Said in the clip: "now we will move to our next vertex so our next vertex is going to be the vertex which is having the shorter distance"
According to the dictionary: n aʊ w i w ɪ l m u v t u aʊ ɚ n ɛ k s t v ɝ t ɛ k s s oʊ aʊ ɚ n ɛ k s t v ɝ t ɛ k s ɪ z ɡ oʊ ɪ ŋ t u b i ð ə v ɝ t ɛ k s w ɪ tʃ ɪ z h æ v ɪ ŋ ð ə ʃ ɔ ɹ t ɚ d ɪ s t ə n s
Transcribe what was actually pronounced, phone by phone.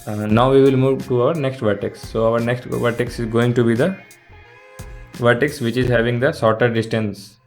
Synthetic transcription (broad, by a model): n aʊ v i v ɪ l m u v t u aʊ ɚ n ɛ k s t v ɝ t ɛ k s s oʊ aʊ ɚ n ɛ k s t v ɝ t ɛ k s ɪ z ɡ oʊ ɪ ŋ t u b i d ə v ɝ t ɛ k s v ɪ tʃ ɪ z h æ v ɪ ŋ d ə s ɔ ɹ t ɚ d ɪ s t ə n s